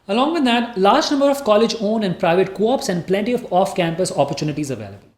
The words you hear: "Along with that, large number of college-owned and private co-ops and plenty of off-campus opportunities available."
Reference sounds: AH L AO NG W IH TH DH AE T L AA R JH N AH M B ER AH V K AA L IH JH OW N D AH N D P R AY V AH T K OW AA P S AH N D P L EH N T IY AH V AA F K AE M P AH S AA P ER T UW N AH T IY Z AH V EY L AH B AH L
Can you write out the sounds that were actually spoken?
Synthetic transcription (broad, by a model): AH L AO NG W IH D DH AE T L AA R JH N AH M B ER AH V K AA L IH JH OW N AH N D P R AY V AH T K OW AA P S AH N D P L EH N T IY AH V AA F K AE M P AH S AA P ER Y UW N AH T IY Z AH V EY L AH B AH L